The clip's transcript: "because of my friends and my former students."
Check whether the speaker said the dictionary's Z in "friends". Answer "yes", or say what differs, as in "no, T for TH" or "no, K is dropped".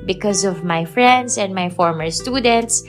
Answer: no, S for Z